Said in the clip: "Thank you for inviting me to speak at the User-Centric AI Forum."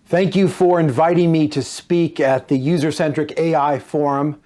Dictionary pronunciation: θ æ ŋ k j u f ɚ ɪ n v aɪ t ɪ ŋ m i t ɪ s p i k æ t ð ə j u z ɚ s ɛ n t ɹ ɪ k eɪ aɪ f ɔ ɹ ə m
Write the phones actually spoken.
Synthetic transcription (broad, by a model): θ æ ŋ k j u f ɚ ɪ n v aɪ t ɪ ŋ m i t ɪ s p i k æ t ð ə j u z ɚ s ɛ n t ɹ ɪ k eɪ aɪ f ɔ ɹ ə m